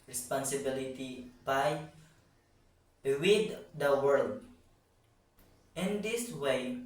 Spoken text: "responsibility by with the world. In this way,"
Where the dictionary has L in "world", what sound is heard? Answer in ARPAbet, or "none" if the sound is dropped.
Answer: L